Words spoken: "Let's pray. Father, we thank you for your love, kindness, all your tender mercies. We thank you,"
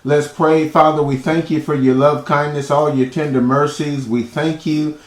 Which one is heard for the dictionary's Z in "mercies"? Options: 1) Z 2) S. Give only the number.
1